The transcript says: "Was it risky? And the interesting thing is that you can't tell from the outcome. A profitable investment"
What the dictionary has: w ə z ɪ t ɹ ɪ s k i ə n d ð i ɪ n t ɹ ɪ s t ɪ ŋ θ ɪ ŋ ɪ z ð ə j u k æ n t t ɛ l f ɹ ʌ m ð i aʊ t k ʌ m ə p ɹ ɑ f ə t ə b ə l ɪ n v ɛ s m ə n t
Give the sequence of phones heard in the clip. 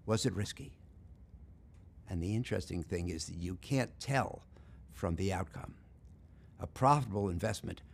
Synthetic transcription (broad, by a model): w ə z ɪ t ɹ ɪ s k i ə n ð i ɪ n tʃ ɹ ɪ s t ɪ ŋ θ ɪ ŋ ɪ z ð ə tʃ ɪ k æ n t t ɛ l f ɹ ʌ m ð i aʊ t k ʌ m ə p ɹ ɑ f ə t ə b l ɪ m v ɛ s m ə n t